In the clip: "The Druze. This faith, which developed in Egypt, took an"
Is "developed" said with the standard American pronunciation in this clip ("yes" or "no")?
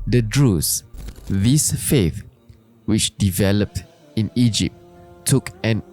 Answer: yes